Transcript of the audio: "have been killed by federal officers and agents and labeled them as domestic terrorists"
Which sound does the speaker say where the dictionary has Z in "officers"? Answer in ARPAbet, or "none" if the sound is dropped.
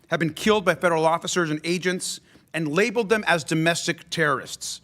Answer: Z